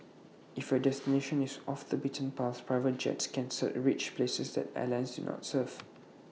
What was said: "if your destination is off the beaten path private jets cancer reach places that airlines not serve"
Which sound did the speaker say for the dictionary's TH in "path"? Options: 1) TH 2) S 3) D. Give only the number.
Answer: 2